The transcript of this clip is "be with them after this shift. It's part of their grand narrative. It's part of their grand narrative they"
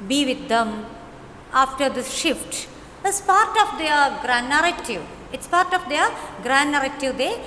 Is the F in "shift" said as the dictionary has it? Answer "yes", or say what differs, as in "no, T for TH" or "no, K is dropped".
yes